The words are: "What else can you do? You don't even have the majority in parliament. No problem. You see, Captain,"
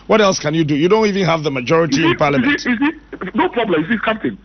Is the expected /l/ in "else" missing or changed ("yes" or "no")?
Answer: no